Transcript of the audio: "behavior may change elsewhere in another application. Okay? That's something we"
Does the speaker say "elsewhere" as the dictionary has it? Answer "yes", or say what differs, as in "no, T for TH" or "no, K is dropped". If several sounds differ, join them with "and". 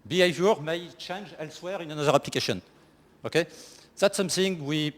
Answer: yes